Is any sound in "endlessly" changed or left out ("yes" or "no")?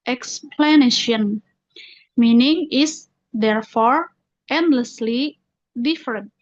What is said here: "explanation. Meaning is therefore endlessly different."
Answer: no